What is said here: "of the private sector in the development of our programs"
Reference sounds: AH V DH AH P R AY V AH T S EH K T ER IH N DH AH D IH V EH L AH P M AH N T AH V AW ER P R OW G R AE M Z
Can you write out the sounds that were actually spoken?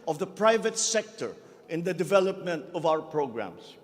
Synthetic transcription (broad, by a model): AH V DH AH P R AY V AH T S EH K T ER IH N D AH D IH V EH L AH P M AH N T AH V AW ER P R OW G R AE M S